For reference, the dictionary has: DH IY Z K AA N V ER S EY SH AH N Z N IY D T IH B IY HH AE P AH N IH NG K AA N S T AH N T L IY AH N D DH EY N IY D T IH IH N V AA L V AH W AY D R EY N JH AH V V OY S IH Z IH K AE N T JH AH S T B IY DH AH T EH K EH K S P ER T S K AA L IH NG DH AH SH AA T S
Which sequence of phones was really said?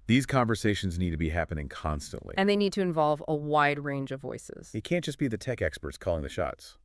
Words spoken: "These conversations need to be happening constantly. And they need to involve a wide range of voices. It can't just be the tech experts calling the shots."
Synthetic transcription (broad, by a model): DH IY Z K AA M V ER S EY SH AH N Z N IY D T IH B IY HH AE P AH N IH NG K AA N S T AH N T L IY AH N DH EY N IY D T IH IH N V AA L V AH W AY D R EY N JH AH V V OY S IH Z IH K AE N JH AH S B IY DH AH T EH K EH K S P ER T S K AA L IH NG DH AH SH AA T S